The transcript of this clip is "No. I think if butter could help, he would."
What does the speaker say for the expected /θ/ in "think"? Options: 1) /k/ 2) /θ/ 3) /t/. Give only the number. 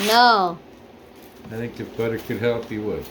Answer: 2